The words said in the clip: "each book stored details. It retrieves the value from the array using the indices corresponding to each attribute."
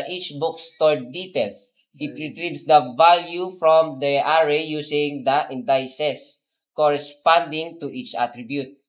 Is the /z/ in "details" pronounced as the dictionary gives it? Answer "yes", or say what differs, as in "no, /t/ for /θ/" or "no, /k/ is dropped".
no, /s/ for /z/